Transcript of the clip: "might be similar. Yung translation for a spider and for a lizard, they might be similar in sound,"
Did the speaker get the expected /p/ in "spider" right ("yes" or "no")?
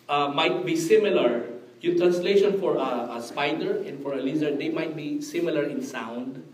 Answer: yes